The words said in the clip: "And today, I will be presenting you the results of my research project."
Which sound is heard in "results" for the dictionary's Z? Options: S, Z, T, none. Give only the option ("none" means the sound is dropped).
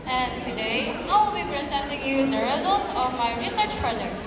Z